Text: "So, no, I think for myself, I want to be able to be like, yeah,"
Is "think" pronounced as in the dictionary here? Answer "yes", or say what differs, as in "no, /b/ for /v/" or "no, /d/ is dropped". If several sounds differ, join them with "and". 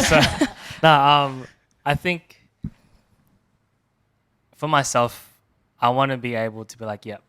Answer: yes